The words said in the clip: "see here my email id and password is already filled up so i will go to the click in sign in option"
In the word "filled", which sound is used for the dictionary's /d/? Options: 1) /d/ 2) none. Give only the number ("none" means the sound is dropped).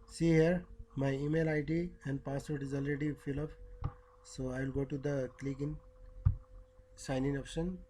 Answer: 2